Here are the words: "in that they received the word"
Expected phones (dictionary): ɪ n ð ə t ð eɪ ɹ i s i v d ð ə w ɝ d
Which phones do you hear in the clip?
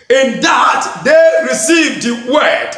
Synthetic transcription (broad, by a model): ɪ n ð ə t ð eɪ ɹ i s i v d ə w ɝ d